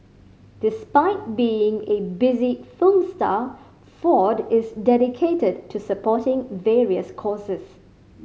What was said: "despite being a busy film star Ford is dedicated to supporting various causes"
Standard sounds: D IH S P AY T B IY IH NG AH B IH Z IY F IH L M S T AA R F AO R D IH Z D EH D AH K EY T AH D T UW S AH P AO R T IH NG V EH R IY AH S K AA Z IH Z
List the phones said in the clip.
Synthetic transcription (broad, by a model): D IH S P AY T B IY IH NG AH B IH Z IY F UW M S T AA F AO D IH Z D EH D AH K EY T AH D T UW S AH P AO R T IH NG V EH R IY AH S K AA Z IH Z